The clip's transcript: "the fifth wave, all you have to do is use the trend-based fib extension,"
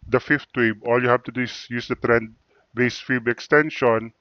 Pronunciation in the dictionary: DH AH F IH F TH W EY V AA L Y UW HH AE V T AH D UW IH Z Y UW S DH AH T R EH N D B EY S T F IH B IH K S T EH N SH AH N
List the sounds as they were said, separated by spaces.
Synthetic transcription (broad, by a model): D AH F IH F T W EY B AA L Y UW HH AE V T AH D UW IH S Y UW S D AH T R EH N D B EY S F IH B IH K S T EH N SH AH N